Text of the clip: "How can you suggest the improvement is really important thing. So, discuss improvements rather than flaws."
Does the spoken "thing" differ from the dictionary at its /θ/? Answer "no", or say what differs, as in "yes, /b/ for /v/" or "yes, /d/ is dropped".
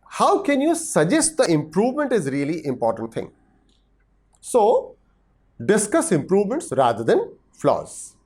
yes, /t/ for /θ/